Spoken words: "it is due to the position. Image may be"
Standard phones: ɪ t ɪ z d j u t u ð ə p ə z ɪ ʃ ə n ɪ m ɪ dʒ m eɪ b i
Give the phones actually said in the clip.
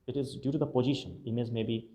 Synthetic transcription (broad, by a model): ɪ t ɪ z d j u t u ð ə p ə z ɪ ʃ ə n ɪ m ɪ z m eɪ b i